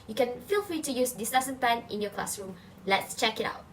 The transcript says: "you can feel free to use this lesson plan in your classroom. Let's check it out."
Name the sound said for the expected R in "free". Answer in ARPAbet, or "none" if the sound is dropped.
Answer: R